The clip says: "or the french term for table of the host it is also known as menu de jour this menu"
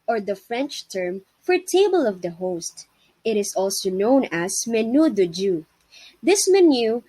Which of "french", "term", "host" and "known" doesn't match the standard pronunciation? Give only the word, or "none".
none